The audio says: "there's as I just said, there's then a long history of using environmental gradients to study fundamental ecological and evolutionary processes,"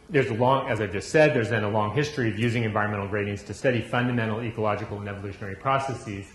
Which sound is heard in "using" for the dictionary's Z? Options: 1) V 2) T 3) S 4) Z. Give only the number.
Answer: 4